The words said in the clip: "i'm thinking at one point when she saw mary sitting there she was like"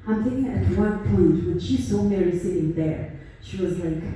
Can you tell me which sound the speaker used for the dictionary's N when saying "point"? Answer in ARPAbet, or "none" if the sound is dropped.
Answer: none